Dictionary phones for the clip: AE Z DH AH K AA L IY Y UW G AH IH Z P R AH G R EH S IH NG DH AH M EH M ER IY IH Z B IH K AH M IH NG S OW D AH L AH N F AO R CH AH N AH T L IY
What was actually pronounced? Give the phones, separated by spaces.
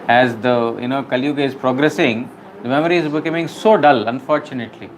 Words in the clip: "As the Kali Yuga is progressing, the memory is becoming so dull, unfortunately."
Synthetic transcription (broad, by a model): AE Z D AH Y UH N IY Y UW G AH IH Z P R AH G R EH S IH NG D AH M EH M ER IY IH Z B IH K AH M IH NG S OW D AH L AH N F AO R CH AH N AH T L IY